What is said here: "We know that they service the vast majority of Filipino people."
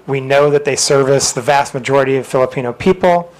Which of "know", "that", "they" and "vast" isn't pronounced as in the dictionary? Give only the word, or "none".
none